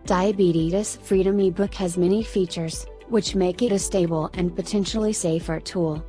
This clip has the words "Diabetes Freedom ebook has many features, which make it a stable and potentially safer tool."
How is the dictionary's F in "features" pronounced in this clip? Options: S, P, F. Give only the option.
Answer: F